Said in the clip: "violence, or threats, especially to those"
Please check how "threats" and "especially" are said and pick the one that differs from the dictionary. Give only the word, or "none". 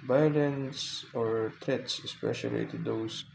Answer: threats